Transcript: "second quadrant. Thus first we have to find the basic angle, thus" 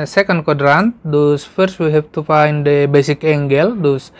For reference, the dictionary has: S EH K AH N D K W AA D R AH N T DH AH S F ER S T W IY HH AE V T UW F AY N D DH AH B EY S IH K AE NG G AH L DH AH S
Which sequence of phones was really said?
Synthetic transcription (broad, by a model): S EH K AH N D K W AA D R AH N T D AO S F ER S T W IY HH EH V T UW F AY N D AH B EY S IH K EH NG G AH L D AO S